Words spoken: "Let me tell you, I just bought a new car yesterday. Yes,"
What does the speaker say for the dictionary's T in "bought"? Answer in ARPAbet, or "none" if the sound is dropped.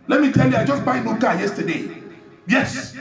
none